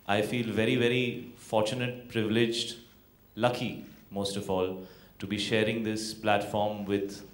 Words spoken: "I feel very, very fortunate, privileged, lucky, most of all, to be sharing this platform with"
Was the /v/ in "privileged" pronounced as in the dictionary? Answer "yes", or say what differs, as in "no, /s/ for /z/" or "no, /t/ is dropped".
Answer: yes